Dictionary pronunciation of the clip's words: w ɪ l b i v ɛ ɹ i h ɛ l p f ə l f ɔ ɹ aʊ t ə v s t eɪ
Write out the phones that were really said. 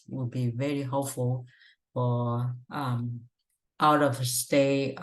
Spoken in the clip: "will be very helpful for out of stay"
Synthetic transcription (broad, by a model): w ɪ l b i v ɛ ɹ i h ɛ p f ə l f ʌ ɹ aʊ t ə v s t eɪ